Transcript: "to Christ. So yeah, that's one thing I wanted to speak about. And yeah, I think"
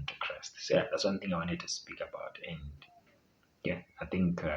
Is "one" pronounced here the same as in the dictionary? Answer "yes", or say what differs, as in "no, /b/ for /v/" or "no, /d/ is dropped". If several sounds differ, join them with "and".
yes